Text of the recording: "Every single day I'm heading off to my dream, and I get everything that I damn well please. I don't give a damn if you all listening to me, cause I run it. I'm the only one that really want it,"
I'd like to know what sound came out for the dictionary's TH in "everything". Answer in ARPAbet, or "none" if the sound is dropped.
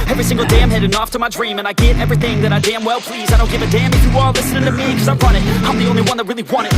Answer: TH